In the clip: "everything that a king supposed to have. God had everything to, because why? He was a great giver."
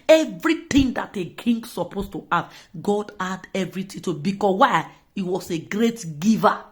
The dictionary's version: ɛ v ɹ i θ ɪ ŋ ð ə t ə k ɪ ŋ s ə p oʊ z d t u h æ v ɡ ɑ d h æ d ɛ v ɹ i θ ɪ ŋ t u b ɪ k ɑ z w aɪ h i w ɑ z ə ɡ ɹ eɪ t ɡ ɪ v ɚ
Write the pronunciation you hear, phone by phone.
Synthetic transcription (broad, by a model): ɛ v ɹ i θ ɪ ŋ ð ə t ə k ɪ ŋ s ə p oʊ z t u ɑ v ɡ ɑ d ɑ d ɛ v ɹ i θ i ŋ t u b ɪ k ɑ w aɪ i w ɑ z ə ɡ ɹ eɪ t ɡ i v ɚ